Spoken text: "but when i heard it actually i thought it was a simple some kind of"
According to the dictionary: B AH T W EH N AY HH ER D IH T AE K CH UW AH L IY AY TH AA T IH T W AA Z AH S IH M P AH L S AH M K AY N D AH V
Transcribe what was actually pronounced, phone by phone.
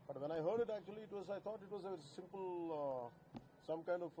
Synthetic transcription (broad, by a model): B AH T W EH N AY HH ER D IH T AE K CH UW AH W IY AY T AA T IH T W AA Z AH S IH M P AH L S AH M K AY N D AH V